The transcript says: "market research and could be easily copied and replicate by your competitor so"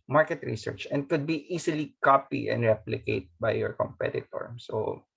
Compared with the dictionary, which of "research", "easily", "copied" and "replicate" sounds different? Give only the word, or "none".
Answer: easily